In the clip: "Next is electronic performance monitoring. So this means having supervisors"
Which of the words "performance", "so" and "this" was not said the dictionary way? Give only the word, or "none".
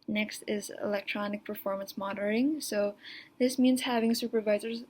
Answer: none